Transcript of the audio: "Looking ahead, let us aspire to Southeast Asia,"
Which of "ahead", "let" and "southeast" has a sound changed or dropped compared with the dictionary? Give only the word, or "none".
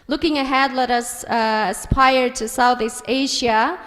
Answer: none